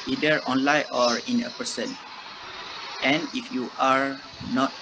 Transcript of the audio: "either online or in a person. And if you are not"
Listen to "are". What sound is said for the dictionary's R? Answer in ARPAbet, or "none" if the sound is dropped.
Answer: R